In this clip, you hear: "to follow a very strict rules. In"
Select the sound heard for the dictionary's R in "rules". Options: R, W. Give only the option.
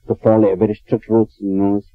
W